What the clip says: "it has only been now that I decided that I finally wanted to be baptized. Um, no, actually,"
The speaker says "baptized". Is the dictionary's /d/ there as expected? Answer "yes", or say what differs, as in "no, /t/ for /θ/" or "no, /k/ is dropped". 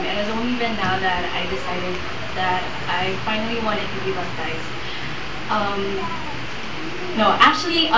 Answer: no, /d/ is dropped